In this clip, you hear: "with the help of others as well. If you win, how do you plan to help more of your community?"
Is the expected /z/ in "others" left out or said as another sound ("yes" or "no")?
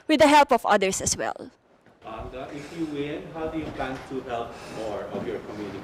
yes